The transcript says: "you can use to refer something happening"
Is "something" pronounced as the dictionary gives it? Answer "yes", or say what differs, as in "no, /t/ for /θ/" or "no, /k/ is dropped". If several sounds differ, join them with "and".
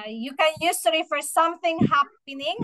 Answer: yes